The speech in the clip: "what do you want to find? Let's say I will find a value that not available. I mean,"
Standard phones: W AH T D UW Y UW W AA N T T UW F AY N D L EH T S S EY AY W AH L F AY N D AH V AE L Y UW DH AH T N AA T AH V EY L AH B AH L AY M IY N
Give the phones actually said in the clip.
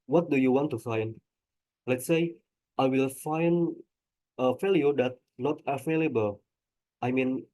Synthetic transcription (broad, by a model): W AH T D UW Y UW W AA N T T UW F AY N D L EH T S S EY AY W AH L F AY N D AH F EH L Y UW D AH T N AA T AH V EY L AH B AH L AY M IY N